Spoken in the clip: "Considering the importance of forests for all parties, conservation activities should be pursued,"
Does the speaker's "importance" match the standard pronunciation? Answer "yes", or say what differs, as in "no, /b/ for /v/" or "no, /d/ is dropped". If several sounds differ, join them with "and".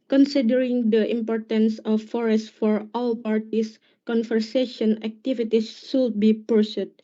yes